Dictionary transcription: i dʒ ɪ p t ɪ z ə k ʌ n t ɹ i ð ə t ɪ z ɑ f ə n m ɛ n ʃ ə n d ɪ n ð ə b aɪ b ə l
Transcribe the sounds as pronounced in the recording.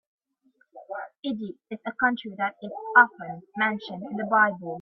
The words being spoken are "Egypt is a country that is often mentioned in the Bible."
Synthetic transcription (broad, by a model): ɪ dʒ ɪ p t ɪ z ə k ʌ n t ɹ i ð ə t ɪ z ɑ f ə n m ɛ n ʃ ə n d ɪ n ð ə b aɪ b ə l